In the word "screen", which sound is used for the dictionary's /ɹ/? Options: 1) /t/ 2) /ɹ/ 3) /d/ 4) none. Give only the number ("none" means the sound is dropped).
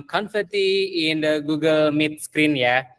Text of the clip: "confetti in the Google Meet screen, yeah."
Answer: 2